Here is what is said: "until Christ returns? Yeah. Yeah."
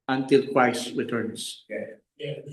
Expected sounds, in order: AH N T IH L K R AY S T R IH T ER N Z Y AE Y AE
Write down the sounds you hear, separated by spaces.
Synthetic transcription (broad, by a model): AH N T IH L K W AY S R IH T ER N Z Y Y